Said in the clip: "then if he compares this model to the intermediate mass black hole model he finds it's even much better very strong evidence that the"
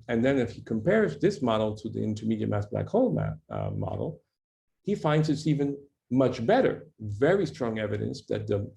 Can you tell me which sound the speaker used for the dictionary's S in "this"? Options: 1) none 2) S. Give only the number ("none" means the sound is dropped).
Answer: 2